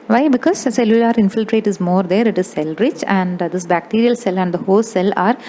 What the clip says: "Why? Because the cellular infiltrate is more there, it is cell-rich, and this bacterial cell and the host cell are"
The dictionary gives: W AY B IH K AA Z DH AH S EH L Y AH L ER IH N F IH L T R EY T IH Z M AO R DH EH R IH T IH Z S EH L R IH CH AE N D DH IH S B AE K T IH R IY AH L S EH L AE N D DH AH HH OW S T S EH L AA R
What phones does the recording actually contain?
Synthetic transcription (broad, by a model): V AY B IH K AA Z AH S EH L Y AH L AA IH N F IH L T R EY T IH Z M AO R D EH R IH T IH Z S EH L R IH CH AE N D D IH S B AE K T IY R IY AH L S EH L AE N D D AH HH OW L S EH L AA R